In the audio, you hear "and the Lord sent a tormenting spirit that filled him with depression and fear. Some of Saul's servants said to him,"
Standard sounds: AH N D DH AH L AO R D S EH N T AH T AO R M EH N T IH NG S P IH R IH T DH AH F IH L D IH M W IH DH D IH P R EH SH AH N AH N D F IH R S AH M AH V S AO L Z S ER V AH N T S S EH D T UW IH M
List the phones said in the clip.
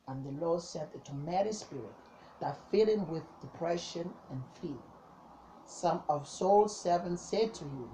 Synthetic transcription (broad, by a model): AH N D DH AH L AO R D S EH N T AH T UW M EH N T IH S P IH R IH T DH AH F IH L IH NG W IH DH D IH P R EH SH AH N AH N F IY L S AH M AH V S AO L S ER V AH N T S S EH D T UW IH